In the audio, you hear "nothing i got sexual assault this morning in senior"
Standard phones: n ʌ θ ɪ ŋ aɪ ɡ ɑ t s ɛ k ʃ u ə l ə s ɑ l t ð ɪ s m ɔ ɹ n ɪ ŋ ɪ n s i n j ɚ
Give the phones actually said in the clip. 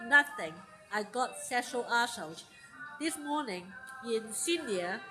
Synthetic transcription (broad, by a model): n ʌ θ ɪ ŋ aɪ ɡ ɑ t s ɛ ʃ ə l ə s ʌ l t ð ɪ s m ɔ n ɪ ŋ ɪ n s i n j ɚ